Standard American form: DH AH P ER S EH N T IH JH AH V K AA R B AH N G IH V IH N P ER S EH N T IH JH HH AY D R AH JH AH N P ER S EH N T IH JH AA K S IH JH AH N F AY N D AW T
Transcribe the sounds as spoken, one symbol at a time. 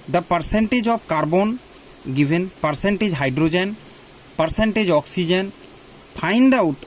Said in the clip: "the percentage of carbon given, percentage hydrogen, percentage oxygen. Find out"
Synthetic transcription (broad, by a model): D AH P ER S EH N T IH JH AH B K AA R B AH N G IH B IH N P ER S EH N T IH JH HH AY D R AH JH AH N P ER S EH N T IH JH AA K S IH JH AH N P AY N D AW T